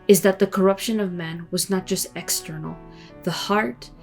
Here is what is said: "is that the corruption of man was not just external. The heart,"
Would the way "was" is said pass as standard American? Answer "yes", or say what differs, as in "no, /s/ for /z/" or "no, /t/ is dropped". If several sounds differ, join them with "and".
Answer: yes